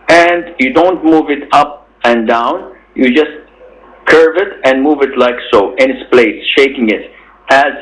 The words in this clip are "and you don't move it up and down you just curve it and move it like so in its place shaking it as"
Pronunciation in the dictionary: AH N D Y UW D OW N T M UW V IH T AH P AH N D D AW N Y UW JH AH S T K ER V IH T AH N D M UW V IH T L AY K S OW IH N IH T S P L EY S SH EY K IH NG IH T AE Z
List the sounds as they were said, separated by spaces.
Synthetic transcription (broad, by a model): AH N D Y UW D OW N T M UW V IH T AH P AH N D D AW N Y UW JH AH S T K ER V IH T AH N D M UW V IH T L AY K S OW IH N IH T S P L EY S SH EY K IH NG IH T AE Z